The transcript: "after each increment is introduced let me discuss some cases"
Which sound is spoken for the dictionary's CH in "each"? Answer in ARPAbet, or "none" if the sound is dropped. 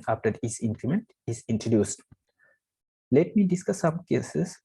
S